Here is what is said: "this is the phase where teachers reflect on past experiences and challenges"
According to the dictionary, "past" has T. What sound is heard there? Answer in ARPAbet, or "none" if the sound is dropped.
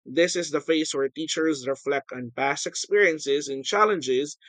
T